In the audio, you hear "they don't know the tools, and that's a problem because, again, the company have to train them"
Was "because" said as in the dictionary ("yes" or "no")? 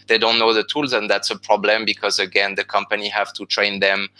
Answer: yes